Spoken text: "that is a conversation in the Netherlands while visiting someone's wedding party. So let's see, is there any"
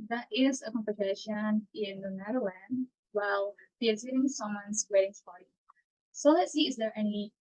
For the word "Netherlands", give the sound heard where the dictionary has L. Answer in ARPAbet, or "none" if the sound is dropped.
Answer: W